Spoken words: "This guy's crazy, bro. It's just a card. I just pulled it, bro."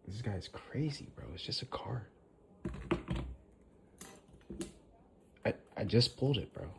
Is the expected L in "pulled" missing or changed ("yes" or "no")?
no